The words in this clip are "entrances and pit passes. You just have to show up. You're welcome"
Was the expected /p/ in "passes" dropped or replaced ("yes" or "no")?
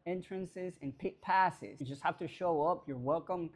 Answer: no